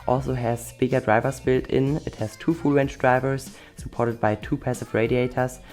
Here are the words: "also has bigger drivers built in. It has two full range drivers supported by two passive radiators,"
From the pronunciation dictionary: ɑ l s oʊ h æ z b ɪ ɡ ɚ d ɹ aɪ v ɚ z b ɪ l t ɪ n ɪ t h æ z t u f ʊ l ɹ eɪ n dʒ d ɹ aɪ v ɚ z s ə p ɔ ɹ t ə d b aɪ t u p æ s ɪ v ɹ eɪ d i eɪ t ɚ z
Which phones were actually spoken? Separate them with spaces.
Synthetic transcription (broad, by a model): ɑ l s oʊ h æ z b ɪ ɡ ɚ d ɹ aɪ v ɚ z b ɪ l t ɪ n ɪ t h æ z t u f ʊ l w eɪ n tʃ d ɹ aɪ v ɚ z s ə p ɔ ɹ t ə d b aɪ t u p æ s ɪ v ɹ eɪ d i eɪ t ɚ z